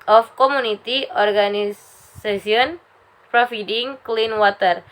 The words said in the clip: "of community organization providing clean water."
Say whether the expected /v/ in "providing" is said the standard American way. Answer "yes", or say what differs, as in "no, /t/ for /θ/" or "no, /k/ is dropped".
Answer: no, /f/ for /v/